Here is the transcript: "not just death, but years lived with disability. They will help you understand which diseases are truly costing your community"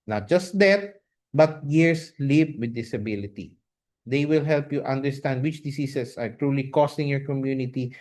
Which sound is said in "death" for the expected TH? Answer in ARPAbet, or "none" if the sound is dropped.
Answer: T